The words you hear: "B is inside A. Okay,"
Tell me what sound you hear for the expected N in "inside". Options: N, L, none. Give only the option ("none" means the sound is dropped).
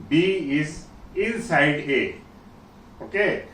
L